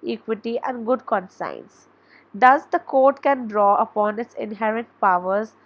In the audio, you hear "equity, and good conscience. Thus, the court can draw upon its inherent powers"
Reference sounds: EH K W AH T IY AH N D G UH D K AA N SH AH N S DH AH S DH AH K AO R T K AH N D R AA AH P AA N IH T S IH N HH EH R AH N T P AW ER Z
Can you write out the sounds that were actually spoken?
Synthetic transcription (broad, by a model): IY K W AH T IY AH N D G UH D K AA N S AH N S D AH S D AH K AO R T K AH N D R AA AH P AA N IH T S IH N HH EH R AH N T P AW ER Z